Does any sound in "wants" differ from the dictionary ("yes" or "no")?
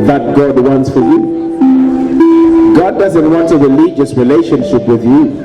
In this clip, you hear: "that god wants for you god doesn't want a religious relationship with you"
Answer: no